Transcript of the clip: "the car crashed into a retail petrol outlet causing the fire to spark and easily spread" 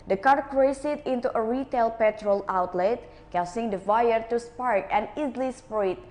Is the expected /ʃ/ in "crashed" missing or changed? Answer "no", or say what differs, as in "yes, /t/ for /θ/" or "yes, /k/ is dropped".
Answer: yes, /s/ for /ʃ/